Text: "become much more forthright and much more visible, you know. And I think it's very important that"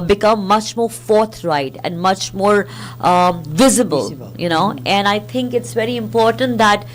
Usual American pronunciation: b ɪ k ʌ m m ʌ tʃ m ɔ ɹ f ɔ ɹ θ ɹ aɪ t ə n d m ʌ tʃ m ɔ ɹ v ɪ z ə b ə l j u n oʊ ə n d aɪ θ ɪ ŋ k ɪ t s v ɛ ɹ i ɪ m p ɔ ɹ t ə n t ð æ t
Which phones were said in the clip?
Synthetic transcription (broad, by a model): b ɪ k ʌ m m ʌ tʃ m ɔ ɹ f ɔ ɹ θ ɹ aɪ t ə n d m ʌ tʃ m ɔ ɹ v ɪ z ə b ə l j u n oʊ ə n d aɪ t ɪ ŋ k ɪ t s v ɛ ɹ i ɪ m p ɔ ɹ t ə n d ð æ t